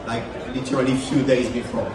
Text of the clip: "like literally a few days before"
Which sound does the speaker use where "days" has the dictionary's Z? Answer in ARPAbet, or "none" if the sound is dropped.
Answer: Z